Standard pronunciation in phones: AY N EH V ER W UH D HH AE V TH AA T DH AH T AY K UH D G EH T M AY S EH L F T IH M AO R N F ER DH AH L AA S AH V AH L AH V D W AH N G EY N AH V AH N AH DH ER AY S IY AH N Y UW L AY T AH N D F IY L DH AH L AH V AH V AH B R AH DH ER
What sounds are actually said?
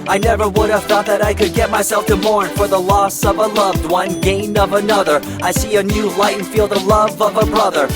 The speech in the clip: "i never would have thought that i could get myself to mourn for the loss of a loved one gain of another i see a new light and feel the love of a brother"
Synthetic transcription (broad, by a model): AY N EH V ER W UH D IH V TH AA T DH AH T AY K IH D G EH T M AY S EH L F T IH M AO R N F ER DH AH L AA S AH V AH L AH V D W AH N G EY N AH V AH N AH DH ER AY S IY AH N Y UW L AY AH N F IY L DH AH L AH V AH V AH B R AH DH ER